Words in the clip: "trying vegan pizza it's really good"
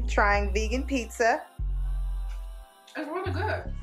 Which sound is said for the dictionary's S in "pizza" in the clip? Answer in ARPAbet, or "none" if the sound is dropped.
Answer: S